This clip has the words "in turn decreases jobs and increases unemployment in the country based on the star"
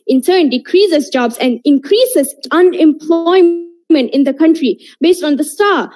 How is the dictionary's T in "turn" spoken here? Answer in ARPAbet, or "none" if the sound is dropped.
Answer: S